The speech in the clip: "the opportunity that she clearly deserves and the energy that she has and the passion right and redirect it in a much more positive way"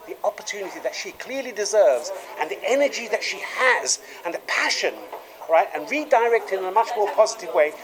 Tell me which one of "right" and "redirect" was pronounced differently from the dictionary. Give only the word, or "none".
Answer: none